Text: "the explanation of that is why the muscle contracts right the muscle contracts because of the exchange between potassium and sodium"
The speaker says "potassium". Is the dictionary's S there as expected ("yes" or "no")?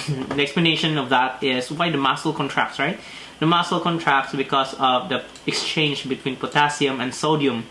yes